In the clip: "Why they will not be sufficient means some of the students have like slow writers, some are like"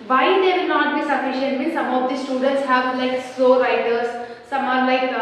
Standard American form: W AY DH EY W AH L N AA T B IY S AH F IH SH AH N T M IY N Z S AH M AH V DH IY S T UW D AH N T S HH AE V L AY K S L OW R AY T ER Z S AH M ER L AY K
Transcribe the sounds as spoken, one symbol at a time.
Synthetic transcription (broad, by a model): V AY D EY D N AA T B IY S AH F IH SH AH N T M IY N S AH M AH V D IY S T UW D AH N T S HH AE V L AY K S OW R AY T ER S AH M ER L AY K